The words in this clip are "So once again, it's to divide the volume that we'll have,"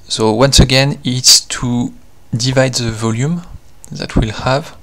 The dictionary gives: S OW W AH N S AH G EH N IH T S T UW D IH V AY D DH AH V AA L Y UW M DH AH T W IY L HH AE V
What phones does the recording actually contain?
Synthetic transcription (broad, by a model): S OW W AH N S AH G EH N IH T S T UW D IH V AY D DH AH V AA L Y UW M DH AH T W IY L HH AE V